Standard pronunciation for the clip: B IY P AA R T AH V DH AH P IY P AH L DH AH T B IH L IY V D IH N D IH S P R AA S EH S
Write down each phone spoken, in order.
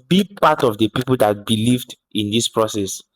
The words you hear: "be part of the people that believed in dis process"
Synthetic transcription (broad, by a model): B IY P AA T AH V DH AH P IY P AH L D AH T B IH L IY V D IH N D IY S P R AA S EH S